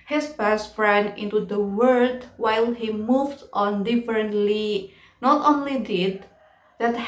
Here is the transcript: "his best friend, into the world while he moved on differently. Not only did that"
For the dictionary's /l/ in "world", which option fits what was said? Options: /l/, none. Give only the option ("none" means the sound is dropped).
none